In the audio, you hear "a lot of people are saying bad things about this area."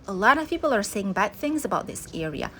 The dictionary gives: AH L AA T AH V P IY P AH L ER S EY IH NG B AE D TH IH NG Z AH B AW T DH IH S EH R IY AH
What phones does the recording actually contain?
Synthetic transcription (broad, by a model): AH L AA T AH V P IY P L ER S EY IH NG B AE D TH IH NG Z AH B AW T DH IH S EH R IY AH